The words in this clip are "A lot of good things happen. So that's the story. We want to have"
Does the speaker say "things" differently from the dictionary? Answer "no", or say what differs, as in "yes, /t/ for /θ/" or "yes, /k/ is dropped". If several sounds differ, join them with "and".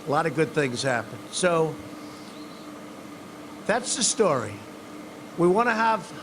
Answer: no